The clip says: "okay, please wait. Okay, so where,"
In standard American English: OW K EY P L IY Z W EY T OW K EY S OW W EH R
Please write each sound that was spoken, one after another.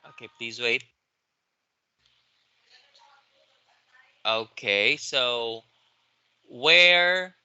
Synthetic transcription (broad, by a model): OW K EY P L IY Z W EY T OW K EY S OW W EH R